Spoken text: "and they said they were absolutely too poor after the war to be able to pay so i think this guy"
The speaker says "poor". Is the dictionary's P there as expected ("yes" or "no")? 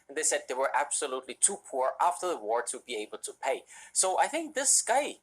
yes